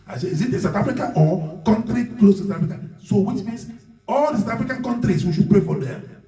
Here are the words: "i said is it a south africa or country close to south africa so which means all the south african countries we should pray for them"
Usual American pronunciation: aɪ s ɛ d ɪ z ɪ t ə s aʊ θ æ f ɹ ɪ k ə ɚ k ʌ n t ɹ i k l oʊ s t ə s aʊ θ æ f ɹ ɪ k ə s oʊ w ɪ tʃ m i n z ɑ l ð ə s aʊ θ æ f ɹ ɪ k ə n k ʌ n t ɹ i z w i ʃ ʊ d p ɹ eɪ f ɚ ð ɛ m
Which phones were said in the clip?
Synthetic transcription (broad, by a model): aɪ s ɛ ɪ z ɪ t ə s aʊ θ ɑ f ɹ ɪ k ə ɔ k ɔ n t ɹ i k l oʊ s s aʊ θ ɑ f ɹ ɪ k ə s oʊ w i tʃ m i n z ɑ l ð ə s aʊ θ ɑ f ɹ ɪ k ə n k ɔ n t ɹ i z w i ʃ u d p ɹ eɪ f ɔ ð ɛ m